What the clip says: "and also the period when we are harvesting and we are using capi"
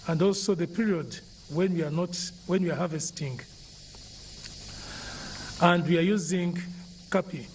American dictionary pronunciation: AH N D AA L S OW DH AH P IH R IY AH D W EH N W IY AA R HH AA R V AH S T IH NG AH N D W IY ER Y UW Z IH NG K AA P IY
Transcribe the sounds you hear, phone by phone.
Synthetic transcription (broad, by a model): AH N D AA L S OW DH AH P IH R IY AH D W EH N W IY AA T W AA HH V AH S T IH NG AH N D W IY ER Y UW Z IH NG K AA P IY